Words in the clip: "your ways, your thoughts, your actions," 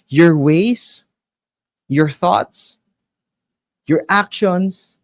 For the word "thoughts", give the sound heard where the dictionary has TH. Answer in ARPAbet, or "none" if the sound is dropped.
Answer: TH